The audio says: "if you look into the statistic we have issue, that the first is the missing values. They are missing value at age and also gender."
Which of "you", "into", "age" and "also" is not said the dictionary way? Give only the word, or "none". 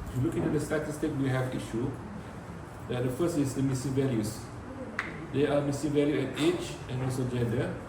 age